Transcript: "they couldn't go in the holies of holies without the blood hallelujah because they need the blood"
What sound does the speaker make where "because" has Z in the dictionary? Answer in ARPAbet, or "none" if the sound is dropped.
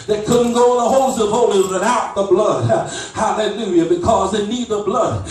Z